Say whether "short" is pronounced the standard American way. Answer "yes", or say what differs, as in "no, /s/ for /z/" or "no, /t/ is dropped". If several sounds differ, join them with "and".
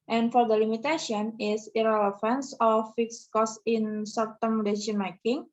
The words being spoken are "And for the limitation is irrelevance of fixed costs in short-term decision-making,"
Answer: no, /s/ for /ʃ/